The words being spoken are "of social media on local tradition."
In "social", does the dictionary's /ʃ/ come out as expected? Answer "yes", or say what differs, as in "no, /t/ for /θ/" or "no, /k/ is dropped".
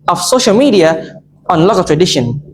yes